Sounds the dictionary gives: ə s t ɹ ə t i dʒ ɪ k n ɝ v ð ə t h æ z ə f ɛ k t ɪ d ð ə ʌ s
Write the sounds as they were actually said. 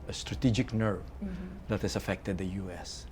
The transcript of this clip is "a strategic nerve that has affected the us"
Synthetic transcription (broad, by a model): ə s t ɹ ə t i dʒ ɪ k n ɝ v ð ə t h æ s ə f ɛ k t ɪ d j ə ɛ s